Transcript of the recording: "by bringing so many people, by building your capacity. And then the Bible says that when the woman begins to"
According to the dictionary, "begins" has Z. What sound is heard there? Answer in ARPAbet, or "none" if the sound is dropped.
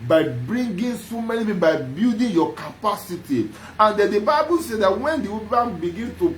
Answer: none